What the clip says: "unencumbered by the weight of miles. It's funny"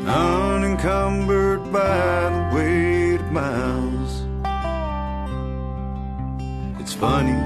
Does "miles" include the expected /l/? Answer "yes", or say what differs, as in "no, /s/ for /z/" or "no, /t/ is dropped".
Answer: no, /n/ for /l/